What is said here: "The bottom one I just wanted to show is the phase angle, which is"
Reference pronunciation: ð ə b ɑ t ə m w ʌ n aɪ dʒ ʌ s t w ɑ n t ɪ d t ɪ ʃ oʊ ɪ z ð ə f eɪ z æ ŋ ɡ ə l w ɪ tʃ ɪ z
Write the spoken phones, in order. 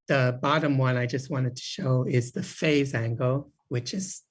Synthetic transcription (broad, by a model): ð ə b ɑ t ə m w ʌ n aɪ dʒ ʌ s t w ɑ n t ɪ d t ɪ ʃ oʊ ɪ z ð ə f eɪ z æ ŋ ɡ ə l w ɪ tʃ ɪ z